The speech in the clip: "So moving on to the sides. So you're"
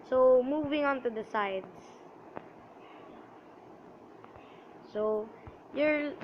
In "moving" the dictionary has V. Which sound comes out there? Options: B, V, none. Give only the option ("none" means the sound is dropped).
V